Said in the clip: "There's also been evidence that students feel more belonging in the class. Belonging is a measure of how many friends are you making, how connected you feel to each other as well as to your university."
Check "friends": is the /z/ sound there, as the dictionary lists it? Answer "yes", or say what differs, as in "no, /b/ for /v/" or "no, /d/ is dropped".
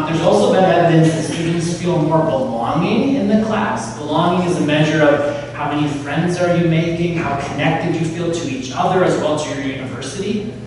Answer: yes